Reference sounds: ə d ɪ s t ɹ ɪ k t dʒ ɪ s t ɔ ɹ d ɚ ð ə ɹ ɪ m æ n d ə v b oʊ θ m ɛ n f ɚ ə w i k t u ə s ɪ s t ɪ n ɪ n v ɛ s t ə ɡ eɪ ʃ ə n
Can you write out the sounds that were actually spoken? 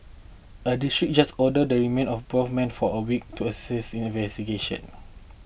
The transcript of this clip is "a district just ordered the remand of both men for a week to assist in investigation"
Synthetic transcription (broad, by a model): ə d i s t ɹ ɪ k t dʒ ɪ s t ɔ d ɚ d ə ɹ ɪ m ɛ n ə f b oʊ f m ɛ n f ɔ ə w i k t u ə s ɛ s ɪ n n v ɛ s t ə ɡ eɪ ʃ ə n